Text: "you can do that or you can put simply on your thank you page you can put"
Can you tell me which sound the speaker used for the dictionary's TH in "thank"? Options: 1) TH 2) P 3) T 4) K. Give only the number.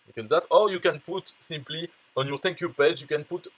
3